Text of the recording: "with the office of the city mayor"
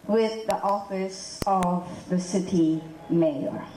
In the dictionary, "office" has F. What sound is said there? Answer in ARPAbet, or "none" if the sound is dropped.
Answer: F